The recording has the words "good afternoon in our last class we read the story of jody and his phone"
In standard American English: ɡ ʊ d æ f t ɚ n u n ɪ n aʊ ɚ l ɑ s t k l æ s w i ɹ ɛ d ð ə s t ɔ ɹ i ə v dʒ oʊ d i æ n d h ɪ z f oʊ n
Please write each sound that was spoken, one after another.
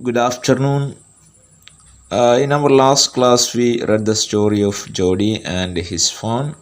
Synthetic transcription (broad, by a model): ɡ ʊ d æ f t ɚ n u n ɪ n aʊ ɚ l ɑ s t k l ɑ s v i ɹ ɛ d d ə s t ɔ ɹ i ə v dʒ oʊ d i æ n d h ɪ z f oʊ n